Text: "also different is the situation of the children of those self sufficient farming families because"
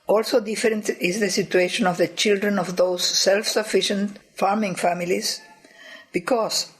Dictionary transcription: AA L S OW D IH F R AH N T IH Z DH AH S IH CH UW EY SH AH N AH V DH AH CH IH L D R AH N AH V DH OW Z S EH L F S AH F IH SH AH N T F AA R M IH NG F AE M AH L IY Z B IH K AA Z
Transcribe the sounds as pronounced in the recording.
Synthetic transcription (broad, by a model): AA L S OW D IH F R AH N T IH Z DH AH S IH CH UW EY SH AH N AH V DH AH CH IH L D R AH N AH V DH OW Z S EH L F S AH F IH SH AH N T F AA R M IH NG F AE M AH L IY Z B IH K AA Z